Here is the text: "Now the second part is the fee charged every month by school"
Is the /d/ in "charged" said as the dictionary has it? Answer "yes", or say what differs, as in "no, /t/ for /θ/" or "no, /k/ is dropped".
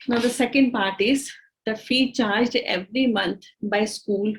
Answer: yes